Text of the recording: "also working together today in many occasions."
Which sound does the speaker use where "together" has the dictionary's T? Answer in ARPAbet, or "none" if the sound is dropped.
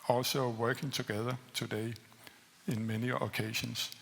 S